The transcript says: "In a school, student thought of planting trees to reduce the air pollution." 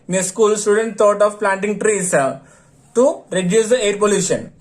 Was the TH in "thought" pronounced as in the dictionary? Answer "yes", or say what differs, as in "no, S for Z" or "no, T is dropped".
no, T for TH